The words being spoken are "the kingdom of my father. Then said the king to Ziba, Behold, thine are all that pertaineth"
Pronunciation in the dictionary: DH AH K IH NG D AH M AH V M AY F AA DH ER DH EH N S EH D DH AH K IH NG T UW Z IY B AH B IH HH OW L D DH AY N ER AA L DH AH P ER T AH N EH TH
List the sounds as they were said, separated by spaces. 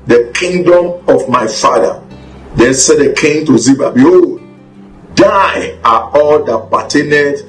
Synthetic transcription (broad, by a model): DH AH K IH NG D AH M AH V M AY F AA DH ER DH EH N S EH D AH K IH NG T UW Z IY B AH B IH HH OW L D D AY AA AA L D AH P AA T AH N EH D